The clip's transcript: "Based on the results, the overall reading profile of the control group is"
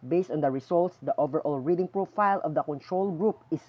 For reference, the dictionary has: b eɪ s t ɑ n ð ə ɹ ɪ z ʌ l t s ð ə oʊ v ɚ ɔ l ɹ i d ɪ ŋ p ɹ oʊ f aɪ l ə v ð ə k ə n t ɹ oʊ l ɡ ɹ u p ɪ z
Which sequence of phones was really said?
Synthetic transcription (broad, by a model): b eɪ s t ɑ n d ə ɹ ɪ s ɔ l t s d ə oʊ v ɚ ɔ l ɹ i d ɪ ŋ p ɹ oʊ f aɪ l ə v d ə k ə n t ɹ oʊ l ɡ ɹ u p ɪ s